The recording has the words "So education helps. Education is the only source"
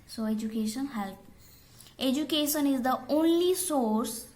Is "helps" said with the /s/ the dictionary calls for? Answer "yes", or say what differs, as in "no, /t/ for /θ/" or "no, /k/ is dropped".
no, /s/ is dropped